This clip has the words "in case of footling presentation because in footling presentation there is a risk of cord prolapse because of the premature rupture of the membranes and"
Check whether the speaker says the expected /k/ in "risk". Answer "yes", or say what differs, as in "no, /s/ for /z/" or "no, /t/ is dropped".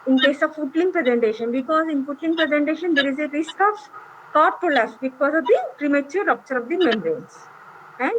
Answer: yes